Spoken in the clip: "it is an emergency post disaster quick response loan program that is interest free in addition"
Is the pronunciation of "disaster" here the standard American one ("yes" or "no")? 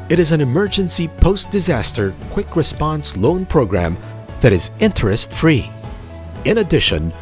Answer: yes